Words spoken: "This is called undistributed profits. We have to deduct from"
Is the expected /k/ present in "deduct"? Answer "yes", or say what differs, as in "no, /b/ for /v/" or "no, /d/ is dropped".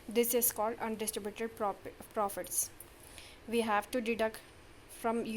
yes